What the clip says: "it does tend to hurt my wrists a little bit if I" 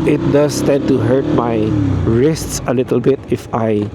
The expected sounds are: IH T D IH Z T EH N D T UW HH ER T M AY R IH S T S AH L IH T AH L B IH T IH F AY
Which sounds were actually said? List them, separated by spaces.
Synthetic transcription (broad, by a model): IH T D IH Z T EH N T UW HH ER T M AY R IH S T S AH L IH T AH L B IH T IH F AY